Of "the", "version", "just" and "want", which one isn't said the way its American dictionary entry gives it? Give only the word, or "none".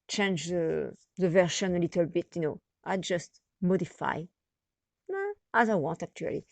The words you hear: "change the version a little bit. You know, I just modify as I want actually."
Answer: version